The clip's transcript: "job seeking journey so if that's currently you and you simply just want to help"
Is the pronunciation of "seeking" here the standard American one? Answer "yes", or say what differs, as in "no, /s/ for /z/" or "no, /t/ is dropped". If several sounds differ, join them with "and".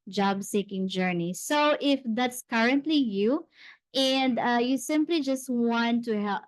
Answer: yes